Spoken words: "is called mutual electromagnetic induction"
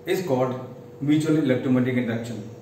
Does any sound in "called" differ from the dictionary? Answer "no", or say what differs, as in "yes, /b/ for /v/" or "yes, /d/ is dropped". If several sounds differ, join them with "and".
yes, /l/ is dropped